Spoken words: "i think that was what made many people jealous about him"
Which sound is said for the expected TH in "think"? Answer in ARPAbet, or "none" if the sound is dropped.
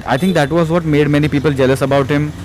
T